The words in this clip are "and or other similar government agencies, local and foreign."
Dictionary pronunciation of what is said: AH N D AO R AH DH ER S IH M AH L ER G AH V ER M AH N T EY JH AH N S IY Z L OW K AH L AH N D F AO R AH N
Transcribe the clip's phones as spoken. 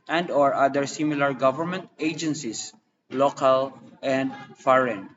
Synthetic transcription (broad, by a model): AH N D AO R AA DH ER S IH M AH L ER G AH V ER M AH N T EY JH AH N S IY S L OW K AH L AH N D F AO R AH N